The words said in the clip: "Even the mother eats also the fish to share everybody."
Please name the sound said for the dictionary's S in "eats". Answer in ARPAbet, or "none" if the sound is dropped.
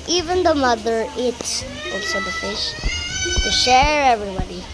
none